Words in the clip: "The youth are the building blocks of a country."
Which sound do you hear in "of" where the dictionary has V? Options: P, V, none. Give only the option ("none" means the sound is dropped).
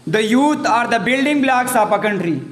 P